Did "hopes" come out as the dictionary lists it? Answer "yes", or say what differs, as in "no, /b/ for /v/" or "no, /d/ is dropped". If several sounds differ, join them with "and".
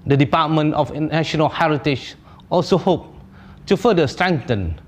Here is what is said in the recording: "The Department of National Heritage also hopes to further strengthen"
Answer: no, /s/ is dropped